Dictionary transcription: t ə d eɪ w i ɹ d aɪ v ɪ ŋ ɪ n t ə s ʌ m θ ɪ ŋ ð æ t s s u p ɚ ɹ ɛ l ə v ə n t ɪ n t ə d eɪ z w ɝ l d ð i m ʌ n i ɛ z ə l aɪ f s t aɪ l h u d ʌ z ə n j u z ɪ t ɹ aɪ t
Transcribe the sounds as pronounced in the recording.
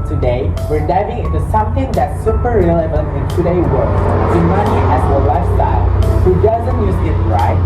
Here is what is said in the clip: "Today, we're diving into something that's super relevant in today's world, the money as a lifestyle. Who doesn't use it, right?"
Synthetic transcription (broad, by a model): t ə d eɪ w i ɹ d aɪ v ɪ ŋ ɪ n t ə s ʌ m θ ɪ ŋ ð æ t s s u p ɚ ɹ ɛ l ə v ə n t ɪ n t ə d eɪ w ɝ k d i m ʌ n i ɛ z ə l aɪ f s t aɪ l h u d ʌ z ə n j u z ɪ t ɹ aɪ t